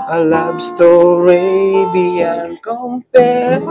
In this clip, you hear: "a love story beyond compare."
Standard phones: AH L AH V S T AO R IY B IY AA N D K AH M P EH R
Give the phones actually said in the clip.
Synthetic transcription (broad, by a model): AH L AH B S T AO R IY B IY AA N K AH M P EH